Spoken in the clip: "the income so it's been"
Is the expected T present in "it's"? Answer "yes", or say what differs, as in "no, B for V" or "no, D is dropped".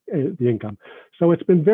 yes